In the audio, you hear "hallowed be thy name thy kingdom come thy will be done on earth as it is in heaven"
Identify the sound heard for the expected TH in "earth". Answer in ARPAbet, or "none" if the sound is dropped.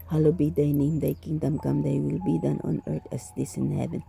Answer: T